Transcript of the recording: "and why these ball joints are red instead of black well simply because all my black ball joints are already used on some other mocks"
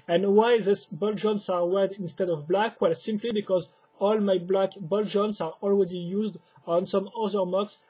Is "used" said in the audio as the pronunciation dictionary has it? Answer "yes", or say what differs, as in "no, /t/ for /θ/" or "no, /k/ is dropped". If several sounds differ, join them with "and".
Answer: yes